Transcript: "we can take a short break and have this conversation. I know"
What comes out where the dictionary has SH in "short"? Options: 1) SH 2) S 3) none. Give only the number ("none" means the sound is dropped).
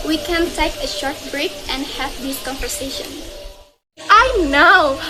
1